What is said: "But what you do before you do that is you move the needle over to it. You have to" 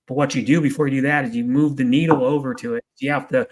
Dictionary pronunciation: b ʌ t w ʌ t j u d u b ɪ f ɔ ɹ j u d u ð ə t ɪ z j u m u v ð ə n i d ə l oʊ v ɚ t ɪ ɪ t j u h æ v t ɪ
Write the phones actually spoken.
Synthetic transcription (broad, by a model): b ʌ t w ʌ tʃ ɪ d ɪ b ɪ f ɔ ɹ j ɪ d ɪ ð ə t ɪ z j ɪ m u v ð ə n i d l oʊ v ɚ t ɪ ɪ t j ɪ h æ f t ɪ